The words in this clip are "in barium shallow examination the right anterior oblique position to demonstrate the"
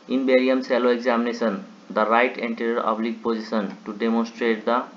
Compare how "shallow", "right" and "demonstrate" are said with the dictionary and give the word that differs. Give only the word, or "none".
shallow